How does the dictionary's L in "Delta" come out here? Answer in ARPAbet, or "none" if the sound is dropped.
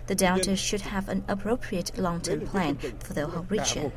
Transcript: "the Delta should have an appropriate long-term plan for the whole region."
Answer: N